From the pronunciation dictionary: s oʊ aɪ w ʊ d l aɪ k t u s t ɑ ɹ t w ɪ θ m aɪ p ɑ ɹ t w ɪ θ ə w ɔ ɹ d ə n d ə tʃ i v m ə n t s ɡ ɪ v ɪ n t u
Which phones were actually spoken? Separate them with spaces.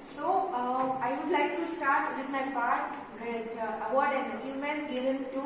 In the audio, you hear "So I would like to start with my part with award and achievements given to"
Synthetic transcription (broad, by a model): s oʊ aɪ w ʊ d l aɪ k t u s t ɑ ɹ t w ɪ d m aɪ p ɑ ɹ t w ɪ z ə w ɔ ɹ d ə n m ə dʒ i m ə n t ɡ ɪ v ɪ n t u